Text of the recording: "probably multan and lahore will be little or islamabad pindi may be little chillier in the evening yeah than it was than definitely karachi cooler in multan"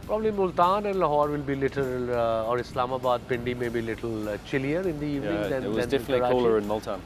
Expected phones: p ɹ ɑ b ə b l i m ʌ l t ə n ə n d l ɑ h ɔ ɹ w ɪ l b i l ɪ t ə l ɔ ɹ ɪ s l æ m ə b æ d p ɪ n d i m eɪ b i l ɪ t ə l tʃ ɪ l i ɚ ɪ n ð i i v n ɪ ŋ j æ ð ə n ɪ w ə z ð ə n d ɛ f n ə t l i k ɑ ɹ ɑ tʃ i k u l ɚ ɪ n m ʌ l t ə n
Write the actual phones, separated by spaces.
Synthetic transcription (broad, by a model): p ɹ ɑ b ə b l i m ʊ l t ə n ə n d l ɑ h ɔ ɹ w ɪ l b i l ɪ t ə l ɔ ɹ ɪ s l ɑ m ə b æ d p ɪ n d i m eɪ b i l ɪ t ə l tʃ ɪ l i ɚ ɪ n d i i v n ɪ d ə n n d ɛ n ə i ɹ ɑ i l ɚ ɪ n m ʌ l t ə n